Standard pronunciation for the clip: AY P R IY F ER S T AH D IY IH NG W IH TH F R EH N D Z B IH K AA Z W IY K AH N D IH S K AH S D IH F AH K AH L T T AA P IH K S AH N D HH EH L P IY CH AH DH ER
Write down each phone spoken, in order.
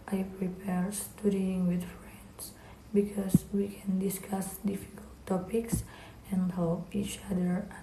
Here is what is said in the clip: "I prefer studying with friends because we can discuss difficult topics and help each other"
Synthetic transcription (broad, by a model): AY P R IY P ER S T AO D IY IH NG W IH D F R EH N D S B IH K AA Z W IY K AH N D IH S K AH S D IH F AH K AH L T T AA P IH K S AH N D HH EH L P IY CH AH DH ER